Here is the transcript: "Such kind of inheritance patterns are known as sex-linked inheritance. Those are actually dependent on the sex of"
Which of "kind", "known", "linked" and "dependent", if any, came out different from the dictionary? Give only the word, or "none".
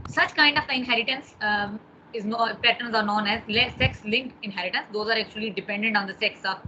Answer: linked